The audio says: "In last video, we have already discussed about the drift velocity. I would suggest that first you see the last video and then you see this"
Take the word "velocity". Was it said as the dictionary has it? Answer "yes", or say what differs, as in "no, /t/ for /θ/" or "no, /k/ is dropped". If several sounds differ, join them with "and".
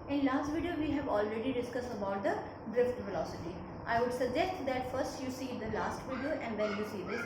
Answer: no, /f/ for /v/